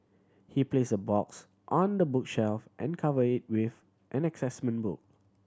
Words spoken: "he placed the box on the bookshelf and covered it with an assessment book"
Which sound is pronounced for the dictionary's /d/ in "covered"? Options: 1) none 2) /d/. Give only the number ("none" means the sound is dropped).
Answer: 1